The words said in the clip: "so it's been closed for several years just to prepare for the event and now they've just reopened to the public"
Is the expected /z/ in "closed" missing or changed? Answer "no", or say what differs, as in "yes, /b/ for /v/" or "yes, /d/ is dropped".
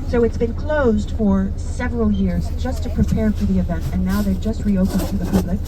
no